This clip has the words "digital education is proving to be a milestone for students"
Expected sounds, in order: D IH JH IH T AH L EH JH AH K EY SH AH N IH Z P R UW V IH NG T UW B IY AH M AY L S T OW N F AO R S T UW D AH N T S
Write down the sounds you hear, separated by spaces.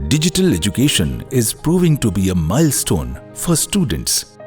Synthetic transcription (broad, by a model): D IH JH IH T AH L EH JH AH K EY SH AH N IH Z P R UW V IH NG T UW B IY AH M AY L S T OW N F AO R S T UW D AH N T S